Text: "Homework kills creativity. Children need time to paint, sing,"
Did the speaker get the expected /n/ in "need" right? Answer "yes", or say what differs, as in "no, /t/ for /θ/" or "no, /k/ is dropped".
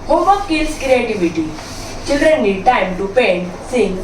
no, /l/ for /n/